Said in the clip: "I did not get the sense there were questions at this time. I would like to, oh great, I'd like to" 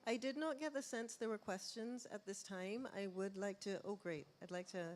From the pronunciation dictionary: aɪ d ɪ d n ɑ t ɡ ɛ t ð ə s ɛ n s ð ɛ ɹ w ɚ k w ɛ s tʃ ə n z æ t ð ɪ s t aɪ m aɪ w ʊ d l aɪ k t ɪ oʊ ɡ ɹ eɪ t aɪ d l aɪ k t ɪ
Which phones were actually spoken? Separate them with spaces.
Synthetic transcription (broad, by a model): aɪ d ɪ d n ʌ t ɡ ɛ t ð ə s ɛ n s ð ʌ ɹ w ɚ k w ɛ s tʃ ə n z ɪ t ð ɪ s t aɪ m aɪ w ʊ d l aɪ k t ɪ oʊ ɡ ɹ eɪ t aɪ d l aɪ k t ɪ